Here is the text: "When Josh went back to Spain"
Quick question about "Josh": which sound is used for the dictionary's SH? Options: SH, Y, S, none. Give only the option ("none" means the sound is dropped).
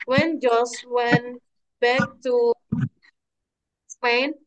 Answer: S